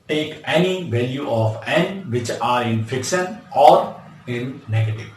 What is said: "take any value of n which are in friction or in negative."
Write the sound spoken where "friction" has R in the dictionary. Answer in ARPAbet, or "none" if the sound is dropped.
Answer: none